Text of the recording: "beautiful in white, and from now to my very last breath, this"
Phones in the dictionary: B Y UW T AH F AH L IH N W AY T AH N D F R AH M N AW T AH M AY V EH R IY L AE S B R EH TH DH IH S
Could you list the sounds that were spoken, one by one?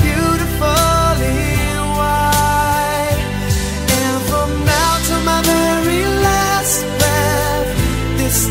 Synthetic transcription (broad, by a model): Y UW T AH F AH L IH W AY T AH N F R AH M N AW T AH M AY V EH R IY L AE S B EH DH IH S